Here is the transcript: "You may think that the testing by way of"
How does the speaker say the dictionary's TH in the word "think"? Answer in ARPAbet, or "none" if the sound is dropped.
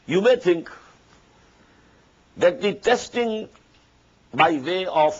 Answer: T